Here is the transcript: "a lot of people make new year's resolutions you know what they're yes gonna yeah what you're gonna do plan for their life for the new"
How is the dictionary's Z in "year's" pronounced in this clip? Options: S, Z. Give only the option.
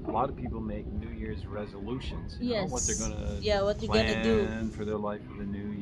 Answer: Z